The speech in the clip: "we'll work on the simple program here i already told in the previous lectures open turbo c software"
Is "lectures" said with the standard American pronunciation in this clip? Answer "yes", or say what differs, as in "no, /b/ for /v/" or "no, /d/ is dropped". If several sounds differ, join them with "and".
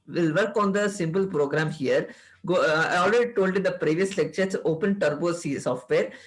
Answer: no, /s/ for /z/